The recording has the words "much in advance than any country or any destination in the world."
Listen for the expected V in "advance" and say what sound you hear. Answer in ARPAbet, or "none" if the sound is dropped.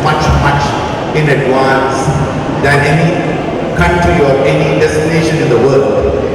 W